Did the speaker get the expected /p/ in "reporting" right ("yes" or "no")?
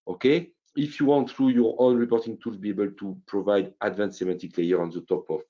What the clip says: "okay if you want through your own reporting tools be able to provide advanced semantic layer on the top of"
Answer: yes